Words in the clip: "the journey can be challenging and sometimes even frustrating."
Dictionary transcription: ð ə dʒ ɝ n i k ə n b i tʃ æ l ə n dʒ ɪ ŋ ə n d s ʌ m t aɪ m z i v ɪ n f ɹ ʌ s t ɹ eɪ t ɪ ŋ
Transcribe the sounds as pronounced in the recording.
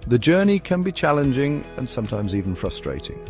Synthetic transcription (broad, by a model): ð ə dʒ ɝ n i k ə n b i tʃ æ l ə n dʒ ɪ ŋ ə n s ʌ m t aɪ m z i v ɪ n f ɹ ʌ s t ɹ eɪ t ɪ ŋ